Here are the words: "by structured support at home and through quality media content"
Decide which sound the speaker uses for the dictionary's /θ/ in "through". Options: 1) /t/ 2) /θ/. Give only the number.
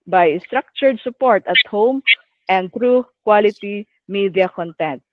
1